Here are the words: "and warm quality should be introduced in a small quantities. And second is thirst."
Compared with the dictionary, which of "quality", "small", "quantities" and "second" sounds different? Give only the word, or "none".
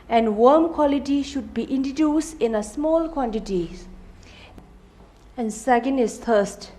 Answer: quantities